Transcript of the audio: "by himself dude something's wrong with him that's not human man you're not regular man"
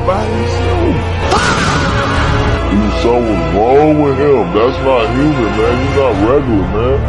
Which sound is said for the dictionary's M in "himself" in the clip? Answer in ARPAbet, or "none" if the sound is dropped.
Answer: none